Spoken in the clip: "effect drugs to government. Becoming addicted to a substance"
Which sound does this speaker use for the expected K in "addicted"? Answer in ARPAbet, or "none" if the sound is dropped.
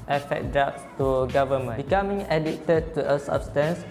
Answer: none